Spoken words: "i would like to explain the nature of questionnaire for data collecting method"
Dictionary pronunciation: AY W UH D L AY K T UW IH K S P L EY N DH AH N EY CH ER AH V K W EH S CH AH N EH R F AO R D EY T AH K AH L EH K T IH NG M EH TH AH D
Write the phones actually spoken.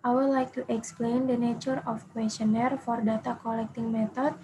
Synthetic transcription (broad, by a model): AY W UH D L AY K T UW IH K S P L EY N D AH N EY CH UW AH F K W EH S CH AH N EH R F AO R D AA T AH K AH L EH K T IH NG M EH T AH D